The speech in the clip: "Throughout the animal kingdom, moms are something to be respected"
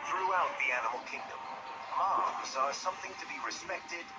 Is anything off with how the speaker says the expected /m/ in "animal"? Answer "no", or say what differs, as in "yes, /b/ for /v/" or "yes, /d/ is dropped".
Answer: no